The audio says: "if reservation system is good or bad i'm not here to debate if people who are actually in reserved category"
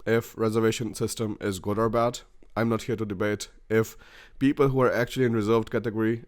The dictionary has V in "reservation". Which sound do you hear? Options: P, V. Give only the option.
V